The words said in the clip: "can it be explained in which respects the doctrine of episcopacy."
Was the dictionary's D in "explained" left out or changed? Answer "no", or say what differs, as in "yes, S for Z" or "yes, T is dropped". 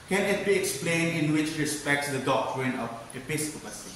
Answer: yes, D is dropped